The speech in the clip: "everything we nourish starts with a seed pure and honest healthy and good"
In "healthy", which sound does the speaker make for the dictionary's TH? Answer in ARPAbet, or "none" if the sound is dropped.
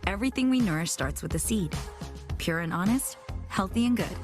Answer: TH